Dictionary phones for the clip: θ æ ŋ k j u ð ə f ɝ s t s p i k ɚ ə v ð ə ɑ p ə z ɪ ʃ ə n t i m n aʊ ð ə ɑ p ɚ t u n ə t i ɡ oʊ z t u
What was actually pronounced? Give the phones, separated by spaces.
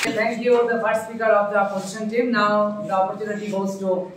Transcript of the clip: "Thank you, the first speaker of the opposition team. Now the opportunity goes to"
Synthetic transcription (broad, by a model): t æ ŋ k j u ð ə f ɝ t s p i k ɚ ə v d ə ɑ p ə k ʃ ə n t i m n aʊ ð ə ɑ p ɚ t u n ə t i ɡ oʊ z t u